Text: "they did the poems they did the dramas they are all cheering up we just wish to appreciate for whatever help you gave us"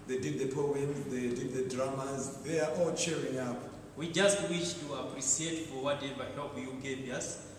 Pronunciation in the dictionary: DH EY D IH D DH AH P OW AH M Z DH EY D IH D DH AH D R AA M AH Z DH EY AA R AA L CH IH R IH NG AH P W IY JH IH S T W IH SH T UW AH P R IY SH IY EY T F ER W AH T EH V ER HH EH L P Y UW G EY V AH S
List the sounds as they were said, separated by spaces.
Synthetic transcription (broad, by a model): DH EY D IH D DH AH P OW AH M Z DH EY D IH D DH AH D R AA M AH Z DH EY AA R AA L CH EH R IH NG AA P W IY JH IH S T W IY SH T UW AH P R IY S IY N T F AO W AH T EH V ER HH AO P Y UW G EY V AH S